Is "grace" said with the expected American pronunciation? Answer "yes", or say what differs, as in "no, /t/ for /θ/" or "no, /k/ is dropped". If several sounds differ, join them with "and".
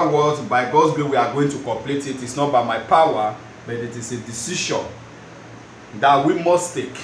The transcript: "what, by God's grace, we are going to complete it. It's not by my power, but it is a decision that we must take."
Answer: no, /s/ is dropped